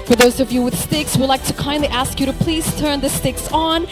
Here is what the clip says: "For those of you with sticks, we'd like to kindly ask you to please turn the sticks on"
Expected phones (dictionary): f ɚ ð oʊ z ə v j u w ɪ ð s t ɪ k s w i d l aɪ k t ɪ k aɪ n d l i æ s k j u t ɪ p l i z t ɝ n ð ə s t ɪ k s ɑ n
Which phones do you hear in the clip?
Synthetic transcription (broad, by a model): f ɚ ð oʊ z ə v j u w ɪ ð s t ɪ k s w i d l aɪ k t ɪ k aɪ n d l i æ s k j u t ɪ p l i z t ɝ n ð ə s t ɪ k s n